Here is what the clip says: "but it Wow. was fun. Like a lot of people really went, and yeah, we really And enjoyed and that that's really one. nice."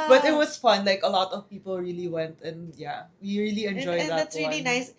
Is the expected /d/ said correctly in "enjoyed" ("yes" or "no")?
no